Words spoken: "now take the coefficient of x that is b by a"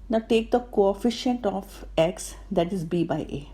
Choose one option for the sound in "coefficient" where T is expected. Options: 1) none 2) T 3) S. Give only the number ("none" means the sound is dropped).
2